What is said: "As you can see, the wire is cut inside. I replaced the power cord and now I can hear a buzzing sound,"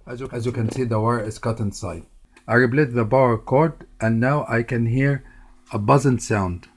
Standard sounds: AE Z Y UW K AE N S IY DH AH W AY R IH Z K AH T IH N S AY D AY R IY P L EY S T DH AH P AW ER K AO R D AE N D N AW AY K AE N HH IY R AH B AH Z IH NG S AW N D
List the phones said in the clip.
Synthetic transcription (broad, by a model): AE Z Y UW K AE N S IY DH AH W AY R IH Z K AH T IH N S AY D AY R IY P L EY T DH AH B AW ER K AO R D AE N N AW AY K AE N HH IY R AH B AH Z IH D S AW N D